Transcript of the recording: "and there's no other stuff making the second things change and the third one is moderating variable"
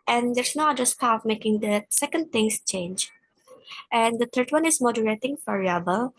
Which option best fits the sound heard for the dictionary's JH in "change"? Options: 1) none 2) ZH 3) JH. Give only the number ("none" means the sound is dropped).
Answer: 3